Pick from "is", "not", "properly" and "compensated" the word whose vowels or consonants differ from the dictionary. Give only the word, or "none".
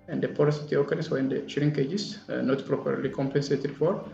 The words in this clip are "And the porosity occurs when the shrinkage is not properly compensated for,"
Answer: is